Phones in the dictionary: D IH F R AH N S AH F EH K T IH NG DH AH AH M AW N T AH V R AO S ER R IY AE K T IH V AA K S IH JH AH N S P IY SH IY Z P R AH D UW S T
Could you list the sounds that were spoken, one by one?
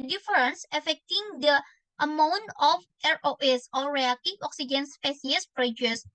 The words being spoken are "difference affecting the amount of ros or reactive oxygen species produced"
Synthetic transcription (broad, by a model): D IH F R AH N S AH F EH K T IH NG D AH AH M AW N T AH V R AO S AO R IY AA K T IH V AA K S IH JH AH N S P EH S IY S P R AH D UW S